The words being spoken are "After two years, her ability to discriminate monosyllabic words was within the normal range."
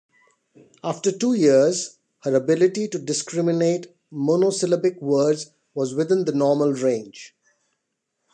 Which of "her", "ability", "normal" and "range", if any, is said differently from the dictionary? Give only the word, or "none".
none